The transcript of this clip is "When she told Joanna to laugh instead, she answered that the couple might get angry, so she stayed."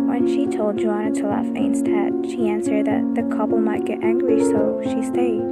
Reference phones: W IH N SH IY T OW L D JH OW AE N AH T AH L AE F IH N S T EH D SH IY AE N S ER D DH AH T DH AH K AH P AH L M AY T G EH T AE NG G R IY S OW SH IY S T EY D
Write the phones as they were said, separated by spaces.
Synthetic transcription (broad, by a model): W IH N SH IY T OW L D JH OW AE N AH T AH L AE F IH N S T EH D SH IY AE N S ER D DH AH T DH AH K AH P L M AY T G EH T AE NG G L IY S OW SH IY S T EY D